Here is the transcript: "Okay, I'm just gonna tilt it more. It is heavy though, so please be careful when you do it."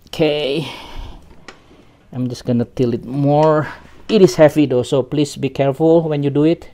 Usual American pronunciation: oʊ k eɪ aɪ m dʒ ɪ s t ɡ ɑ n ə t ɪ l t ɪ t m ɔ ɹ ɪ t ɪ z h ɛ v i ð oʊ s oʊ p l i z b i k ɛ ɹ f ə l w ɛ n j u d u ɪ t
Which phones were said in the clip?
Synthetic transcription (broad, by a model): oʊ k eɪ aɪ m dʒ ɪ s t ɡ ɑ n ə t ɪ l ɪ t m ɔ ɹ ɪ t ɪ s h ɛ p i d oʊ s oʊ p l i s b i k ɛ ɹ f ə l w ɛ n j u d u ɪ t